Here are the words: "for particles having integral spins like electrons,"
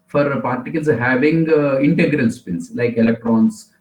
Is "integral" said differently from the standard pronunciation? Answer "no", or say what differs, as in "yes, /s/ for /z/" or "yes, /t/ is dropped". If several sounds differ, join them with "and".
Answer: no